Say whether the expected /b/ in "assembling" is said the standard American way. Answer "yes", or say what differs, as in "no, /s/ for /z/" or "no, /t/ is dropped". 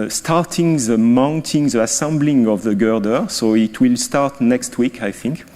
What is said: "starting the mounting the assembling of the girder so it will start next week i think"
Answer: yes